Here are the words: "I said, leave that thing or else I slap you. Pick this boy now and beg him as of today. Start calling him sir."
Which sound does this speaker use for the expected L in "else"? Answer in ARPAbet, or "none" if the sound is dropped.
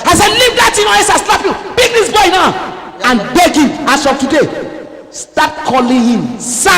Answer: none